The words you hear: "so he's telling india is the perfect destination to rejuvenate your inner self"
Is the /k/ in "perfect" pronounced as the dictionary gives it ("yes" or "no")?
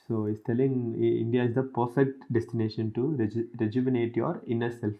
no